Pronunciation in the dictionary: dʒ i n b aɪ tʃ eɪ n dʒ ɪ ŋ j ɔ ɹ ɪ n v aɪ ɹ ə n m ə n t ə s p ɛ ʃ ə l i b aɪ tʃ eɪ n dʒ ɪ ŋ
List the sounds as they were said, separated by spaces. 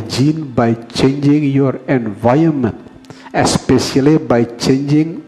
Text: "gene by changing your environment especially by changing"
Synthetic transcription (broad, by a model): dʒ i n b aɪ tʃ eɪ n dʒ ɪ ŋ j ɔ ɹ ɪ n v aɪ ə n m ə n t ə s p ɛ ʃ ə l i b aɪ tʃ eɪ n dʒ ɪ ŋ